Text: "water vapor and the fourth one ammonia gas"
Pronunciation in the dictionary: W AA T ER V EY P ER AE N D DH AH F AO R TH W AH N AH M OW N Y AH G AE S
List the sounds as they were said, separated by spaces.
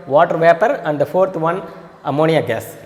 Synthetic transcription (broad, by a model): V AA T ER V EY P ER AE N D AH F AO R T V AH N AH M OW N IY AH G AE S